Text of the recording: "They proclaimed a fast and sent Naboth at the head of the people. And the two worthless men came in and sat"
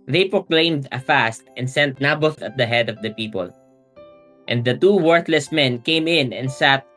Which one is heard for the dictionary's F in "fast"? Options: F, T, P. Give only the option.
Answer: F